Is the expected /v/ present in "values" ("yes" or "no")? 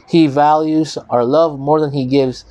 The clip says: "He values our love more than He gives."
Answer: yes